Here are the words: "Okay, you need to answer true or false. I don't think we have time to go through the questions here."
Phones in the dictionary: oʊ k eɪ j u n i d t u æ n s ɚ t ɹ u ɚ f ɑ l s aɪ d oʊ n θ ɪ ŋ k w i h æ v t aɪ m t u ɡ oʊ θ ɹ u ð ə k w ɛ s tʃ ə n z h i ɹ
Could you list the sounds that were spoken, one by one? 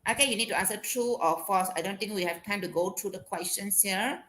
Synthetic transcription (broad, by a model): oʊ k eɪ j u n i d t u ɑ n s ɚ t ɹ u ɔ f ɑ s aɪ d oʊ n t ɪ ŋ k w i h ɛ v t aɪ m t u ɡ oʊ t ɹ u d ə k w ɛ s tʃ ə n s h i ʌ